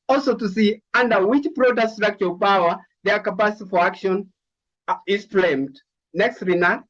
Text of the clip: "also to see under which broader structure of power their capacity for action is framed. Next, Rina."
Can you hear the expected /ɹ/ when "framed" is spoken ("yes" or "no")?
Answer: no